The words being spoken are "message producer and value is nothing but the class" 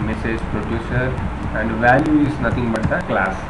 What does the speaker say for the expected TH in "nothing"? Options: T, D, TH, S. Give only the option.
T